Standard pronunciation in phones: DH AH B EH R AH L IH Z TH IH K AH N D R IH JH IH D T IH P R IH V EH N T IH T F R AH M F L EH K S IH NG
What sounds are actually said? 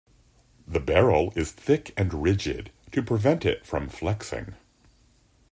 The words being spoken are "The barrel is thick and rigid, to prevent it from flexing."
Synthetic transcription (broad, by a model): DH AH B EH R L IH Z TH IH K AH N R IH JH IH D T IH P R IH V EH N T IH T F R AH M F L EH K S IH NG